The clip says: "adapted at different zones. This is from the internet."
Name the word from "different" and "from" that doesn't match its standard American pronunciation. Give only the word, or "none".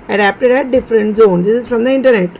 none